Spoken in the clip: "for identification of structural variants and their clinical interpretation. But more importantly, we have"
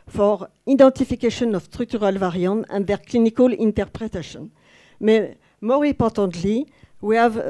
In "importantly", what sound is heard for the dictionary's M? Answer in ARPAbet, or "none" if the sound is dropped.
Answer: none